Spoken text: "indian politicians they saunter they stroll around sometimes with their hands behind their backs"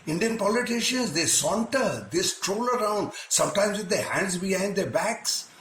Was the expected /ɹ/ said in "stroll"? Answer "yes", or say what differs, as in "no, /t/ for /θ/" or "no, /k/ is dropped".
yes